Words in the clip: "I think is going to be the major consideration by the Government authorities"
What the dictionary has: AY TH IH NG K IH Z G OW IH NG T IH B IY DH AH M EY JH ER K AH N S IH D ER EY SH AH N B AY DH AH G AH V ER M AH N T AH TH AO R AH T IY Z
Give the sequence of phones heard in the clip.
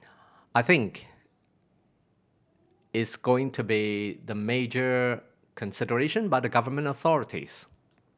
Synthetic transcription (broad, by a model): AY TH IH NG K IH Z G OW IH NG T IH B IY DH AH M EY JH ER K AH N S IH D ER EY SH AH N B AY DH AH G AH V ER M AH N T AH TH AO R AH T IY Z